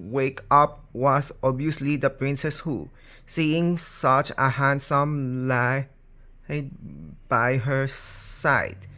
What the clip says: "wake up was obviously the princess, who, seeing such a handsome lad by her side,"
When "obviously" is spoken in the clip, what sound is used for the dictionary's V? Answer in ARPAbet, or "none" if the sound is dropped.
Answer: none